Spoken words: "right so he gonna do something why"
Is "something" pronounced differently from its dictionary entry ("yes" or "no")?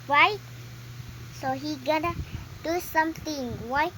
yes